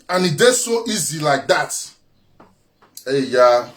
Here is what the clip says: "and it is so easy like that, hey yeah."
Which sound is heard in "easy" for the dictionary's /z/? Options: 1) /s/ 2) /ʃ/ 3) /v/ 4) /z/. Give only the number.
4